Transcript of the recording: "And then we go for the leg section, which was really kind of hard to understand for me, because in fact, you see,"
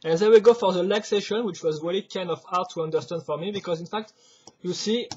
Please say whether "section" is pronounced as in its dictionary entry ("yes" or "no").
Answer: no